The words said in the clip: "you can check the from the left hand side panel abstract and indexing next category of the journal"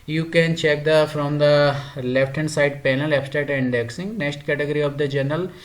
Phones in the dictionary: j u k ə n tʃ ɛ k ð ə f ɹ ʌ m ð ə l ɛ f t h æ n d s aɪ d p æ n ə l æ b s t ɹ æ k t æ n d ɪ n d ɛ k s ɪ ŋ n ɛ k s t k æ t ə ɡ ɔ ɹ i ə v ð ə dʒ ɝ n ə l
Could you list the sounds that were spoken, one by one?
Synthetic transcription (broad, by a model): j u k ə n tʃ ɛ k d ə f ɹ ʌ m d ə l ɛ f t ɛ n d s aɪ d p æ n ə l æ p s t ɛ t ɪ n d ɛ k s ɪ ŋ n ɛ k s t k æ t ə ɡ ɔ ɹ i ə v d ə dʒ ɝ n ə l